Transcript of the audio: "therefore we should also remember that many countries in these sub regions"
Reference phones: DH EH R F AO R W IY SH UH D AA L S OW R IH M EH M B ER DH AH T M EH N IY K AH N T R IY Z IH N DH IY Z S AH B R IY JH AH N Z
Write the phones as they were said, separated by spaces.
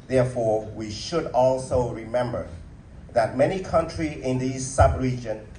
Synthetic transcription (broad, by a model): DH EH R F AO R W IY SH UH D AA L S OW R IH M EH M B ER DH AH T M EH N IY K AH N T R IY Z IH N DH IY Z S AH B R IY JH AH N